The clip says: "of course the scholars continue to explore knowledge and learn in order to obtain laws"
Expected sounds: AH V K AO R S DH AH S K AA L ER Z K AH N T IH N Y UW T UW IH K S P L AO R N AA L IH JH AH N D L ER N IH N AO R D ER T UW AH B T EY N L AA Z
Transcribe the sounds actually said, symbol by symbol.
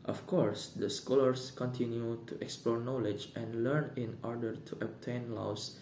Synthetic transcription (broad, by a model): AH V K AO R S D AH S K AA L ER S K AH N T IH N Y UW T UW IH K S P L AO R N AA L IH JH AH N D L ER N IH N AO R D ER T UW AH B T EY N L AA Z